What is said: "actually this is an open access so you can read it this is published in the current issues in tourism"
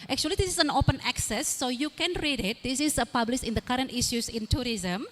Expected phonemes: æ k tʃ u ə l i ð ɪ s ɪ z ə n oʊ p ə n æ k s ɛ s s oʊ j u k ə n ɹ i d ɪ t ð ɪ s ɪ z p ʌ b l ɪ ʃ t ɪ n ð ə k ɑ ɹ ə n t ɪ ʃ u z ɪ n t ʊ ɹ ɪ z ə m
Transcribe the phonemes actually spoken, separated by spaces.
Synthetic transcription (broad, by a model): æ k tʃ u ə l i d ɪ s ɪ s ə n oʊ p ə n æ k s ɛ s s oʊ j u k ə n ɹ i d ɪ t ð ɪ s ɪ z p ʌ b l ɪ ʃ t ɪ n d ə k ɑ ɹ ə n t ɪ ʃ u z ɪ n t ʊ ɹ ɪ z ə m